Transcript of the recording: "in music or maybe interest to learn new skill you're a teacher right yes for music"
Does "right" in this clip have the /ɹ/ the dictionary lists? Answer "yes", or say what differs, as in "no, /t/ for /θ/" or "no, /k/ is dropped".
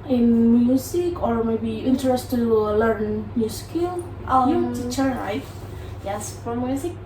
no, /l/ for /ɹ/